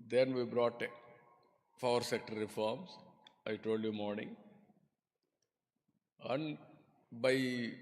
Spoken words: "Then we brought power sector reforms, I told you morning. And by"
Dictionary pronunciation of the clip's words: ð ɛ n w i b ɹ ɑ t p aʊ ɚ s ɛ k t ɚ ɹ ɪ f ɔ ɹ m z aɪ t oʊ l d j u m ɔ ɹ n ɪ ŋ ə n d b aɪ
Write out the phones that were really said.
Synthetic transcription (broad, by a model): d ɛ n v i b ɹ ɑ t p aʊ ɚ s ɛ k t ɚ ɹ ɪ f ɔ ɹ m s aɪ t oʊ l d j u m ɔ ɹ n ɪ ŋ ə n d b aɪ